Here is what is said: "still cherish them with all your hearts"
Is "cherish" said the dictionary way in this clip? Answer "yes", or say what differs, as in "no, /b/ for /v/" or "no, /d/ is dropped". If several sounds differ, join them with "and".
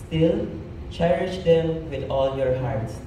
yes